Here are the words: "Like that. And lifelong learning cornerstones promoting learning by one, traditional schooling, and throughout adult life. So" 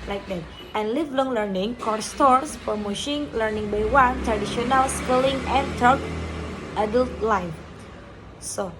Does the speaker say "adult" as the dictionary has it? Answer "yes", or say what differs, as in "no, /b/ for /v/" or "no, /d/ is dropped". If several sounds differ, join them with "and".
yes